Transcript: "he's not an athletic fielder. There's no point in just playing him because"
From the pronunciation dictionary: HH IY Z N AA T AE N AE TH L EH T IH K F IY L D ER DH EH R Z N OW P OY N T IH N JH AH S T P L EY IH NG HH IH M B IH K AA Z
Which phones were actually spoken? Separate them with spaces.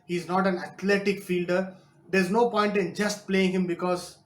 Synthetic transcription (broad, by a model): HH IY Z N AA T AE N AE T L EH T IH K F IY L D ER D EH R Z N OW P OY N T IH N JH AH S T P L EY IH NG HH IH M B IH K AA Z